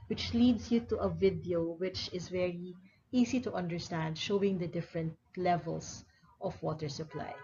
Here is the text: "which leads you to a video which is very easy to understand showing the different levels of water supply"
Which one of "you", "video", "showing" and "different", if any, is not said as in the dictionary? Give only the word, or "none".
none